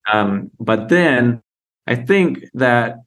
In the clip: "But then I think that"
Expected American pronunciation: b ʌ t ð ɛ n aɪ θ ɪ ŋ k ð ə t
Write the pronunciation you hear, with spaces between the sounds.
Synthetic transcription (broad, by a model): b ʌ t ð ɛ n aɪ θ ɪ ŋ k ð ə t